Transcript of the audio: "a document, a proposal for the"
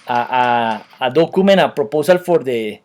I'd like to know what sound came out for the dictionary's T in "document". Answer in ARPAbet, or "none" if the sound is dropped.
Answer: none